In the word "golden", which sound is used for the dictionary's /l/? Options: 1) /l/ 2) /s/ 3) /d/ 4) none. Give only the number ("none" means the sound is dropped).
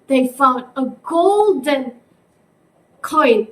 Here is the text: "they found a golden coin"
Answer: 1